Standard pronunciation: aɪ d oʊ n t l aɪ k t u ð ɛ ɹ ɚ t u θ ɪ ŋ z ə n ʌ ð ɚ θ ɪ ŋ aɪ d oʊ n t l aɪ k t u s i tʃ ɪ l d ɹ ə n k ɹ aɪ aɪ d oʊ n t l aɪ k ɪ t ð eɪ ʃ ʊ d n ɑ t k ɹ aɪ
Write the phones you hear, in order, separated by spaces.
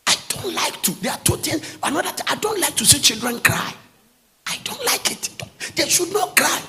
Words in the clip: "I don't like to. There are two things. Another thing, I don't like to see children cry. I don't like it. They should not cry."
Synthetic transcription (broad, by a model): aɪ d oʊ n t l aɪ k t u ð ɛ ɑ t u t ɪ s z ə n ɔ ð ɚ t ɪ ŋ aɪ d oʊ n t l aɪ k t u s i tʃ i l d ɹ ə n k ɹ aɪ aɪ d oʊ n t l aɪ k ɪ t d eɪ ʃ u d n ɑ t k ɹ aɪ